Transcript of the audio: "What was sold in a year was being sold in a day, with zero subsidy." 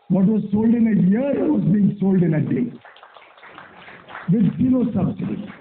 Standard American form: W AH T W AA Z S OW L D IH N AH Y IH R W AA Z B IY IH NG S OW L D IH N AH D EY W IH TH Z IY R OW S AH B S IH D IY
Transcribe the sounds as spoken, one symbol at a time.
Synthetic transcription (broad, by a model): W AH T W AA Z S OW L D IH N AH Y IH R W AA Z B IY IH NG S OW L D IH N AH D EY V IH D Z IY L OW S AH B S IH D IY